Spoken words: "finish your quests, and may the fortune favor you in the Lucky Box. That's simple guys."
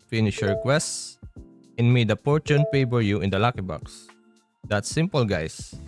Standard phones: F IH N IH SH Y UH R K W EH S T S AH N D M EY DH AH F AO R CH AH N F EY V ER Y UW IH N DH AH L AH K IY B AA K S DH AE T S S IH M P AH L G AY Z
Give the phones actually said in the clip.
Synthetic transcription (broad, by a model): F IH N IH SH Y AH R K W EH S T S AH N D M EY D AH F AO R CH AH N P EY B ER Y UW IH N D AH L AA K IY B AA K S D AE T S S IH M P AH L G AY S